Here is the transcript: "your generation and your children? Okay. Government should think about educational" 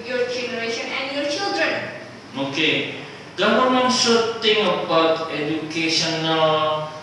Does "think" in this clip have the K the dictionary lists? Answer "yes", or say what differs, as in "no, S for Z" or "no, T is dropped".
no, K is dropped